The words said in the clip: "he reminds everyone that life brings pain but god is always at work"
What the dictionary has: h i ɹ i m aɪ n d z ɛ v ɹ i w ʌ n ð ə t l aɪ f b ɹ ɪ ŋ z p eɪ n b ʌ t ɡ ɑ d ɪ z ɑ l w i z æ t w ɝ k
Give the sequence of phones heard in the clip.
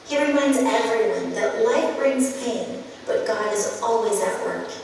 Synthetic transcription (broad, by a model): h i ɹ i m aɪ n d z ɛ v ɹ i w ʌ n ð ə t l aɪ f b ɹ ɪ ŋ z p eɪ n b ʌ t ɡ ɑ d ɪ z ɑ l w i z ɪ t w ɝ k